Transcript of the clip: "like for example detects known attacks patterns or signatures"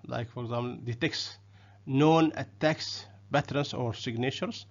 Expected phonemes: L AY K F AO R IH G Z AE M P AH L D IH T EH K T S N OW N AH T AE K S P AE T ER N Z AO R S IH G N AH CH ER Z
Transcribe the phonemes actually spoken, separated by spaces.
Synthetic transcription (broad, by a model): L AY K F AO R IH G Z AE M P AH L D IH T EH K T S N OW N AH T AE K S B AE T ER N S AO R S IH G N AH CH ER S